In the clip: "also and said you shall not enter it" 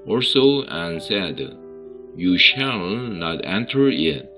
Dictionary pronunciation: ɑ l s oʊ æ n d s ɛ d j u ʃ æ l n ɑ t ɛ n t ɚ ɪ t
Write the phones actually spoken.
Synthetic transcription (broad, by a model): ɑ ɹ s oʊ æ n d s ɛ d j u ʃ æ l n ɑ t ɛ n t ɚ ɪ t